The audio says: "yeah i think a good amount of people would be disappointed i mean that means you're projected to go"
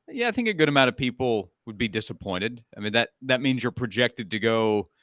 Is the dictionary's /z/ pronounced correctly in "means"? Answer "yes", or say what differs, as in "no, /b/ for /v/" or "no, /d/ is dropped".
yes